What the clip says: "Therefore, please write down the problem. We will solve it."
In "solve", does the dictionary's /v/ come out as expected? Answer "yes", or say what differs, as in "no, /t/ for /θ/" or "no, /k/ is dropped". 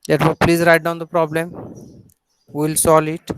no, /v/ is dropped